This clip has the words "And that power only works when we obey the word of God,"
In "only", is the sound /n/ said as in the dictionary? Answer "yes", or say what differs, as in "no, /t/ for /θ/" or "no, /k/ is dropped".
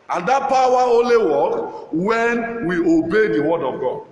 no, /n/ is dropped